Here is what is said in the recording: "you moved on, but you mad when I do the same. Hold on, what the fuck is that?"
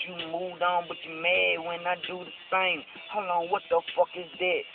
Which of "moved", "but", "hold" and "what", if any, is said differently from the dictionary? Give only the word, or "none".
hold